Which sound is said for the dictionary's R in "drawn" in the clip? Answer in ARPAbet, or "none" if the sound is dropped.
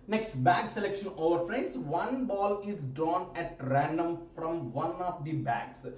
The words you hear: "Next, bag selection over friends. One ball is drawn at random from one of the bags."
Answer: none